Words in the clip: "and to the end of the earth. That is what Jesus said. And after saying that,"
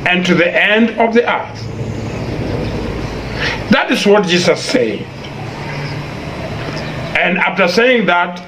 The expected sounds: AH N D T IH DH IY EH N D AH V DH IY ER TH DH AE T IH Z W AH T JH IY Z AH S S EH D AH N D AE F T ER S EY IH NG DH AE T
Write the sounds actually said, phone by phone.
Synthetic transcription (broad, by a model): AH N T IH DH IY EH N D AH V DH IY ER TH DH AE T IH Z W AH T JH IY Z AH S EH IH AH N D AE F T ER S EY IH NG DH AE T